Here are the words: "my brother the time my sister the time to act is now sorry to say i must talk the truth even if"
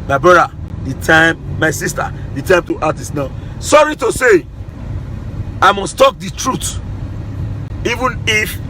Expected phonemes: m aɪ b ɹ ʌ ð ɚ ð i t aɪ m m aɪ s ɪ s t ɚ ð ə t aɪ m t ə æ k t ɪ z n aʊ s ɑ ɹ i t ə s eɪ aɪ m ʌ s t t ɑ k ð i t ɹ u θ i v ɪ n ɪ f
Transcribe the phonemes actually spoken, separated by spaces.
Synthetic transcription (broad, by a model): m aɪ b ɹ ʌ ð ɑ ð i t aɪ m m aɪ s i s t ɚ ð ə t aɪ m t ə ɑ t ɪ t n aʊ s ɑ ɹ i t ə s eɪ aɪ m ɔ s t t ɑ k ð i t ɹ u t i v ɪ n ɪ f